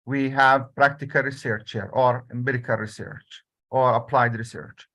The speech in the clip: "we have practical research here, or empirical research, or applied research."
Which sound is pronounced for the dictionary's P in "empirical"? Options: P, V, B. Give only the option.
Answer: B